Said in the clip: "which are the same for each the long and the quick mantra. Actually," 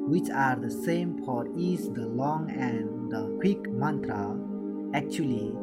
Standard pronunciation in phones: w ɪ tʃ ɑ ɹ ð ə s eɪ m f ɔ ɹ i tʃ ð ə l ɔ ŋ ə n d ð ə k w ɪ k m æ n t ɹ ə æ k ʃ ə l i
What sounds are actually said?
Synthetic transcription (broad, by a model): w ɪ tʃ ɑ ɹ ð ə s eɪ m p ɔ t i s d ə l ɔ ŋ ə n d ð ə k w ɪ k m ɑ n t ɹ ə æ k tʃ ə l i